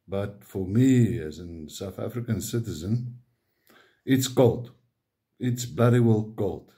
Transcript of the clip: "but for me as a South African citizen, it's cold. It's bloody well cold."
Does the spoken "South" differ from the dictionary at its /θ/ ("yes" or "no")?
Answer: no